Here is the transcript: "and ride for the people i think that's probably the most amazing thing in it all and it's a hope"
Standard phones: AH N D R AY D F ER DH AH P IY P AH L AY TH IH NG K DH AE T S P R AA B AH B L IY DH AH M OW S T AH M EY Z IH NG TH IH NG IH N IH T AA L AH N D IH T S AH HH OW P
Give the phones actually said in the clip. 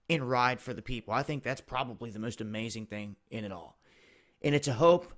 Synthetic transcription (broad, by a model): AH N R AY D F ER DH AH P IY P L AY TH IH NG K DH AE T S P R AA B AH B L IY DH AH M OW S T AH M EY Z IH NG TH IH NG IH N IH T AA L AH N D IH T S AH HH OW P